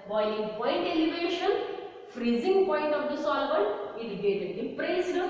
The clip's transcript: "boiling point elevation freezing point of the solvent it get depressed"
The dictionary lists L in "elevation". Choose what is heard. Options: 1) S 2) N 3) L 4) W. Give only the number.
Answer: 3